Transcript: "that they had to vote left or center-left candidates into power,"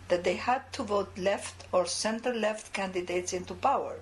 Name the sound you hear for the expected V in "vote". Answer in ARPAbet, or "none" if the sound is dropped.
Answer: V